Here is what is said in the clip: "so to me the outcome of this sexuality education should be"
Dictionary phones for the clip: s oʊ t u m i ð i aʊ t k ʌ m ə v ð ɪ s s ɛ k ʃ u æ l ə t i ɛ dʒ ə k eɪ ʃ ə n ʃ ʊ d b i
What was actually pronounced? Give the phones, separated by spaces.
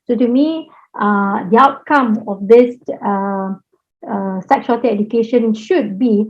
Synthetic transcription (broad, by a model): s oʊ t u m i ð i aʊ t k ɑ m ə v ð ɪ s s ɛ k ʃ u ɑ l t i ɛ dʒ ə k eɪ ʃ ə n ʃ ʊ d b i